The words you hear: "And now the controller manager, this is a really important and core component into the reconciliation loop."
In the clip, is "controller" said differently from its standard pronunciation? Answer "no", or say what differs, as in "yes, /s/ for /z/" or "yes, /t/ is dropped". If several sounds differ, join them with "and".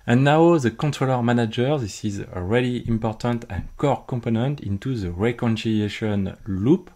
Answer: no